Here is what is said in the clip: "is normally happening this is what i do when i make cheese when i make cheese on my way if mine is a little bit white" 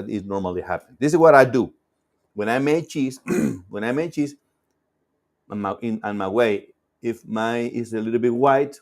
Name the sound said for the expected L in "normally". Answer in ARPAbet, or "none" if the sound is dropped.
L